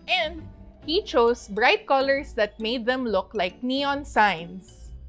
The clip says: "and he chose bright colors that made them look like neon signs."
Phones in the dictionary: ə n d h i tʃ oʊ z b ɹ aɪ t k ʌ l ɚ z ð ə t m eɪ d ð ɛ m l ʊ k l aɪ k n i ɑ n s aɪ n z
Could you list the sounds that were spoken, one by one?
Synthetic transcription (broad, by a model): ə n d h i tʃ oʊ s b ɹ aɪ t k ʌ l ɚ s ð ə t m eɪ d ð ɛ m l ʊ k l aɪ k n i ɑ n s aɪ n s